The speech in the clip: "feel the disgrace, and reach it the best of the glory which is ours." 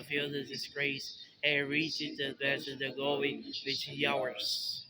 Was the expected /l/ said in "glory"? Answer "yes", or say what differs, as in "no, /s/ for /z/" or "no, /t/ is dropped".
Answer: no, /l/ is dropped